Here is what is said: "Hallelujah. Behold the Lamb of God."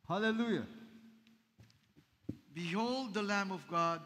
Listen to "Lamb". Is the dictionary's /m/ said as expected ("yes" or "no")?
yes